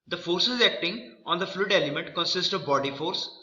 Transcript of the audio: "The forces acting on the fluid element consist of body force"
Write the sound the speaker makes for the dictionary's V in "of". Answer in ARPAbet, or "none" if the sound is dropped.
V